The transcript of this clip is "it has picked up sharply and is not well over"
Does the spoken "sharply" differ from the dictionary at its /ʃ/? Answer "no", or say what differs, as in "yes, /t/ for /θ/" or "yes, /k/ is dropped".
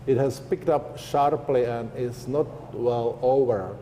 no